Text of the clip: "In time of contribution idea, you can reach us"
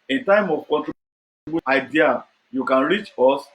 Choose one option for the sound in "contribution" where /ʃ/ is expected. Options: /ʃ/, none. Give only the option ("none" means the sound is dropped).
none